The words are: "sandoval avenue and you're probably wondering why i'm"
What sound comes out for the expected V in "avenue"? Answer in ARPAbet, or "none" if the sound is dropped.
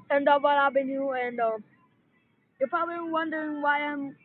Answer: B